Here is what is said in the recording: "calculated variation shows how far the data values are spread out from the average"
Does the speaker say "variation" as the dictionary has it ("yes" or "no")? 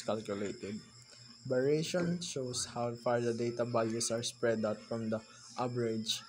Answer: no